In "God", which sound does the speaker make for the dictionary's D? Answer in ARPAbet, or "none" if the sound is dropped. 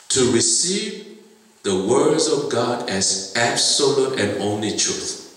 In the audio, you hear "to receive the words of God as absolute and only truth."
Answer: D